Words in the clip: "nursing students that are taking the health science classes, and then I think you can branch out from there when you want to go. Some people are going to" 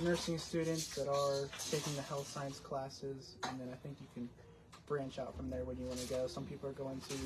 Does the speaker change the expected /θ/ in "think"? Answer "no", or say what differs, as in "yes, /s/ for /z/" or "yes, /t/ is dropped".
no